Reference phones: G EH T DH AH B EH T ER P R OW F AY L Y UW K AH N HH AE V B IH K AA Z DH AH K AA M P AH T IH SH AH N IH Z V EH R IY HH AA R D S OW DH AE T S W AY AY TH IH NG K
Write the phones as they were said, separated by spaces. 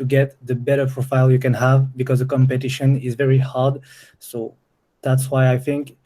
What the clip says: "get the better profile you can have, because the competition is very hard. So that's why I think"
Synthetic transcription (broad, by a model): G EH T DH AH B EH T ER P R OW F AY L Y UW K AH N HH AE V B IH K AA Z DH AH K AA M P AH T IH SH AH N IH Z V EH R IY HH AA R D S OW DH AE T S W AY AY TH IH NG K